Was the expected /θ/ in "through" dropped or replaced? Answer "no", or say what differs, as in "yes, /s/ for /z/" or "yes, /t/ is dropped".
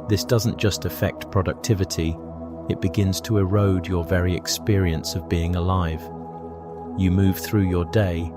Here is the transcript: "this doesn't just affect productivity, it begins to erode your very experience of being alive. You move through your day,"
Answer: no